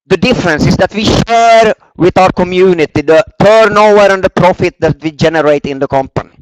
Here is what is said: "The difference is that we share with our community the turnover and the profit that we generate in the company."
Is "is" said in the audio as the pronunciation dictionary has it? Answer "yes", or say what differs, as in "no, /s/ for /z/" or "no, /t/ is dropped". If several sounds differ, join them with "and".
no, /s/ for /z/